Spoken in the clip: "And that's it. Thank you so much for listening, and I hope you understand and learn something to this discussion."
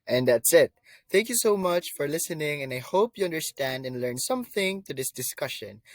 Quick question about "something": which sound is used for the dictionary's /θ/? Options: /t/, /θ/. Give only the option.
/θ/